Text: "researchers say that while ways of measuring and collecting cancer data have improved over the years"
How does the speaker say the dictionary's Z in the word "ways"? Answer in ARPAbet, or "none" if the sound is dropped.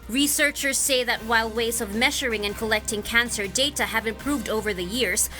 Z